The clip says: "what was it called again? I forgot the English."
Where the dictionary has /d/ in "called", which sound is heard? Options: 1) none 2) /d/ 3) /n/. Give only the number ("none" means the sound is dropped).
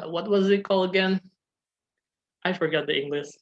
1